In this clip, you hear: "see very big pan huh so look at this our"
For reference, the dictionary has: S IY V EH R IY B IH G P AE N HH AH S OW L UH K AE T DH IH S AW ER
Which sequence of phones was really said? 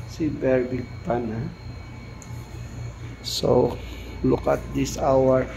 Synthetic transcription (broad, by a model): S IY B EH R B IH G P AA N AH S OW L UH K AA T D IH S AW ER